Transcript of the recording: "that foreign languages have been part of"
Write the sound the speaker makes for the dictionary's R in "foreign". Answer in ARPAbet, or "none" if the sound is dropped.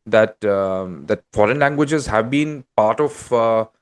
R